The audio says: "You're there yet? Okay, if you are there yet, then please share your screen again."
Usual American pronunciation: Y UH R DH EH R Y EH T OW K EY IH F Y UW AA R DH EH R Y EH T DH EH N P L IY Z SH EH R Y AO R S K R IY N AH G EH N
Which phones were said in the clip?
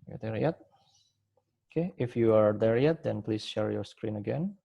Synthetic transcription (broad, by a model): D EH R Y EH T OW K EY IH F Y UW AA R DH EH R Y EH T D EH N P L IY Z SH EH R Y AO R S K R IY N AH G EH N